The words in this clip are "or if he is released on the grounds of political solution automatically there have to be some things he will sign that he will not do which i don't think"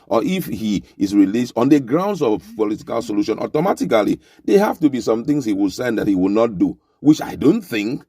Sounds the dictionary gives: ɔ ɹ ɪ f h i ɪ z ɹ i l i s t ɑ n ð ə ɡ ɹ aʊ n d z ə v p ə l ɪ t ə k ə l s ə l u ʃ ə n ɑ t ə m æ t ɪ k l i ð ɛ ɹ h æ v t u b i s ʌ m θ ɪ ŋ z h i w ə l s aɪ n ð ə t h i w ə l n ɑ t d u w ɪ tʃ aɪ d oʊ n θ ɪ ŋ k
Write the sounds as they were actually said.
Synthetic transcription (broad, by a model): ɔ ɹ ɪ f h i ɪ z ɹ i l i s t ɑ n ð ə ɡ ɹ aʊ n d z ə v p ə l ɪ t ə k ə l s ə l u ʃ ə n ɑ t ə m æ t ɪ k l i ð ɛ h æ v t u b i s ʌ m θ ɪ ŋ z h i w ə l s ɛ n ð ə t h i w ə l n ɑ t d u w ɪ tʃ aɪ d oʊ n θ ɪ ŋ k